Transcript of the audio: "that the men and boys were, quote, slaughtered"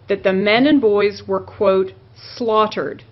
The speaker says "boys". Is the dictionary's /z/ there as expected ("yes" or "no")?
yes